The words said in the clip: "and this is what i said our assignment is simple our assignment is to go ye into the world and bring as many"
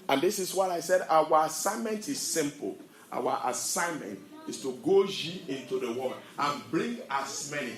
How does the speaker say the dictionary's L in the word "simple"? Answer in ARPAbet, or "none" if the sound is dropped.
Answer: W